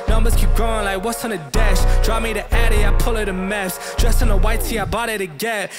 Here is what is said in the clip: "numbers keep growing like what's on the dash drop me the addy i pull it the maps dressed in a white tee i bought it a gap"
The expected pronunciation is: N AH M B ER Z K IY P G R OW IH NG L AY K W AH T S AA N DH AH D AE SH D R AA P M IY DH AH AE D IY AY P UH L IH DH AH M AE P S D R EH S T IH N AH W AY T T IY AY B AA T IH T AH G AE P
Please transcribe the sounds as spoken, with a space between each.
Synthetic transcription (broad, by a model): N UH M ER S K IY P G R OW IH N L AY K W AH T S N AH D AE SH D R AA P M IY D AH AE D IY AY P UH L IH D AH M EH F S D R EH S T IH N AH W AY T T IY AY B AA T IH T AH G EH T